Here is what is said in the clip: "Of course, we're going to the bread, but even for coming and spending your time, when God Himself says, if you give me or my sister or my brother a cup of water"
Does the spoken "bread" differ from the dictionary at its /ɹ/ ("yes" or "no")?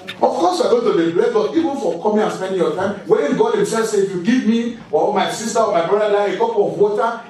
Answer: yes